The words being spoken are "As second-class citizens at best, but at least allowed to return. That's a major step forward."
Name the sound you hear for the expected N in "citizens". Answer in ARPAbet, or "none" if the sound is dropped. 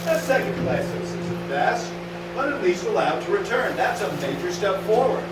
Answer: none